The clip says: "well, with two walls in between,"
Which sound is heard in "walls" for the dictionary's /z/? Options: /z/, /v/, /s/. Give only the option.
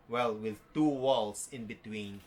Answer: /s/